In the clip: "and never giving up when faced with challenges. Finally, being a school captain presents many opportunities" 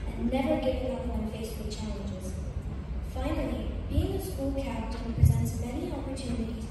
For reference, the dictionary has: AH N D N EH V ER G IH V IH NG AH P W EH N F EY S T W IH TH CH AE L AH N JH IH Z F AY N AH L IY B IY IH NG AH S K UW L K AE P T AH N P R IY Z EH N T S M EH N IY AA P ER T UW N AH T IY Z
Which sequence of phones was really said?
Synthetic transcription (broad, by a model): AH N N EH V ER G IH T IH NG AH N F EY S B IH CH AE L AH N JH IH Z F AY N AH L IY B IY IH NG AH S K UW L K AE T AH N P R IY Z EH N T S M EH N IY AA P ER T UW N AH T IY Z